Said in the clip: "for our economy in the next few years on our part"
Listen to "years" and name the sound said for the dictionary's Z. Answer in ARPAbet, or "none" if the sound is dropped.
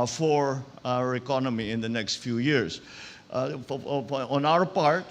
S